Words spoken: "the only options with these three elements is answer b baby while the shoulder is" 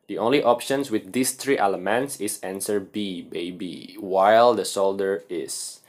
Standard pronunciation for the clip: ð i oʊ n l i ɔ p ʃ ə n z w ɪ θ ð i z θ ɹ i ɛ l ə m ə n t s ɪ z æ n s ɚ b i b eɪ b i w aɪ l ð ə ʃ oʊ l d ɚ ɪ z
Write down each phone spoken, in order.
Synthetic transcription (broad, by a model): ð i oʊ n l i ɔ p ʃ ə n s w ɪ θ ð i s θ ɹ i ɛ l ə m ə n t s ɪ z æ n s ɚ b i b eɪ b i w aɪ l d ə s oʊ l d ɚ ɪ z